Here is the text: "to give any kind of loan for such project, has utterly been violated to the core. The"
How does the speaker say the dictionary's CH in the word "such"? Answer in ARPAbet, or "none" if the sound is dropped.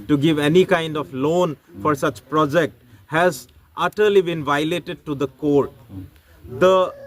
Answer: CH